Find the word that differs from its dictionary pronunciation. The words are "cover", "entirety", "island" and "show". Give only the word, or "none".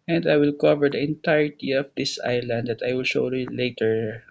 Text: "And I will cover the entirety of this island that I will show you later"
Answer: none